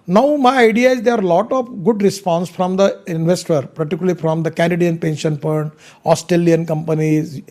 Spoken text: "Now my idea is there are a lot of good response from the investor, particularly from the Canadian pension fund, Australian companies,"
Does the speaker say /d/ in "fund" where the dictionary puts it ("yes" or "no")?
no